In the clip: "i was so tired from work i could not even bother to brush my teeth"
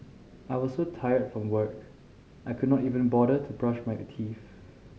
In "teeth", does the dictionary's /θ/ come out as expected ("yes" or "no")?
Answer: no